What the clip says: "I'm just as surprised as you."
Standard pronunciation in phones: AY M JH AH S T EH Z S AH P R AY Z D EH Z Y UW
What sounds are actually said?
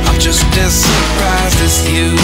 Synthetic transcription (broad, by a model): AY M JH AH S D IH S AH P R AY Z D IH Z Y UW